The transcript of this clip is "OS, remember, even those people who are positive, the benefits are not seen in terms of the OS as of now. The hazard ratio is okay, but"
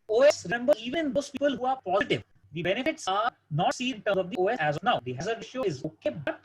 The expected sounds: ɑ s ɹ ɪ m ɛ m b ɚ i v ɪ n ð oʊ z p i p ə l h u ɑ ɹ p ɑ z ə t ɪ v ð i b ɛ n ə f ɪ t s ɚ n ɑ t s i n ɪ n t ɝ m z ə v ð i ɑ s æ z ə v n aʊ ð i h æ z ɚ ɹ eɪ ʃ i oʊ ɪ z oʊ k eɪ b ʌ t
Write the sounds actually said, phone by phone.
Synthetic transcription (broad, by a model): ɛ s ɹ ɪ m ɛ m b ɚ i v ɪ n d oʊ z p i p ə l h u ɑ ɹ p ɑ z ə t ɪ v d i b ɛ n ə f ɪ t s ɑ n ɑ t s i ɪ n t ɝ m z ə v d i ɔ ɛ æ z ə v n aʊ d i h æ z ɚ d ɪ ʃ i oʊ ɪ z oʊ k eɪ b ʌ t